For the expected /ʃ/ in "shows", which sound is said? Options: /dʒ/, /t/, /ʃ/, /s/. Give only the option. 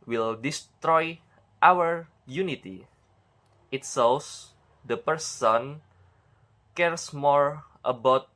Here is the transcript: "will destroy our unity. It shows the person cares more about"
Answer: /s/